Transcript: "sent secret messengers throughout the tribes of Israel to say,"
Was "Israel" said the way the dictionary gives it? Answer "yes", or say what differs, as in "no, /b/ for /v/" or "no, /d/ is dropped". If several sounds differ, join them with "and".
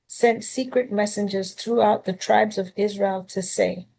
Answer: yes